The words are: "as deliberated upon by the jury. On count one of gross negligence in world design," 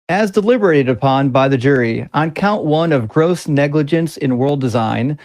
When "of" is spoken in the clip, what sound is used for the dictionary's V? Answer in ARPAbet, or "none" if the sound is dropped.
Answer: V